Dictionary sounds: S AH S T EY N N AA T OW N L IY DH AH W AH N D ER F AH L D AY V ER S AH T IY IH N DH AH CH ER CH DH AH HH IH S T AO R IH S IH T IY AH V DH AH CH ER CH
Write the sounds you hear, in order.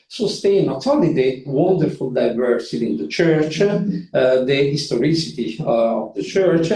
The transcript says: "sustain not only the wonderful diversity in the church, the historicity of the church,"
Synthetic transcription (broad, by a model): S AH S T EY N N AA T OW L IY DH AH W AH N D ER F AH L D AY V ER S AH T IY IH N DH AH CH ER CH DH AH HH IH S T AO R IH S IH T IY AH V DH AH CH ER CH